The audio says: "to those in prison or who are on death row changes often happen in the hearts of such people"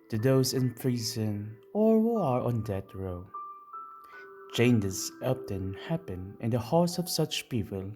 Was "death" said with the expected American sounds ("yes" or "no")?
no